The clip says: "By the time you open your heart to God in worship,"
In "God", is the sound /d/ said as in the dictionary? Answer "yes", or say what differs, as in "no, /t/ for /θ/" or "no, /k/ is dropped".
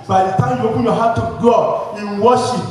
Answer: no, /d/ is dropped